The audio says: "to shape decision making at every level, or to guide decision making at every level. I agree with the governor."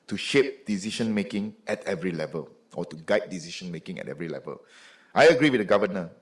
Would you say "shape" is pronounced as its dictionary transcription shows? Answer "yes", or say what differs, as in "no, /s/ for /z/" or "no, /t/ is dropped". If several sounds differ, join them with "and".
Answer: yes